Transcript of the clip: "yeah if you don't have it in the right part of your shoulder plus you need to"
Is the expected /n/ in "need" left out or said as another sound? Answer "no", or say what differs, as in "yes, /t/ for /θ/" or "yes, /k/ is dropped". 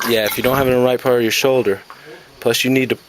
no